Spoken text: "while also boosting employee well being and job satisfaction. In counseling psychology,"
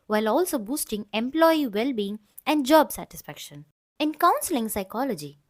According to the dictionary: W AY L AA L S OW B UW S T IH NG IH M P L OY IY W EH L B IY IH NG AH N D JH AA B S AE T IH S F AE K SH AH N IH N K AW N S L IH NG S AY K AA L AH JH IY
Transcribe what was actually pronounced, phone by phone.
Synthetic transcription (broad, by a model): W AY L AA L S OW B UW S T IH NG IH M P L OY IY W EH L B IY IH NG AH N D JH AA B S AE T IH S F AE K SH AH N IH N K AW N S L IH NG S AY K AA L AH JH IY